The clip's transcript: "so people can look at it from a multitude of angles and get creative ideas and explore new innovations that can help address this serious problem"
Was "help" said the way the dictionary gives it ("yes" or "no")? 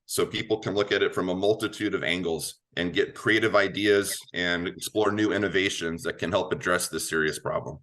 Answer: yes